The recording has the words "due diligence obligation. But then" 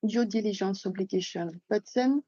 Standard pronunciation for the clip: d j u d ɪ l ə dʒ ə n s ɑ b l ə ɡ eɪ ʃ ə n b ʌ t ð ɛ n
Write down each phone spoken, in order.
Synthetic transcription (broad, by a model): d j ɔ d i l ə ʒ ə n s ɑ b l ə ɡ eɪ ʃ ə n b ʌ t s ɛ n